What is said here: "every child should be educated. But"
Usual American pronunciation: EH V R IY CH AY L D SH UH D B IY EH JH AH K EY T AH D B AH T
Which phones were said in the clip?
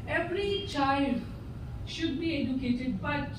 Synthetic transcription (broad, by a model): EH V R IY CH AY L D SH UH D B IY EH JH AH K EY T AH D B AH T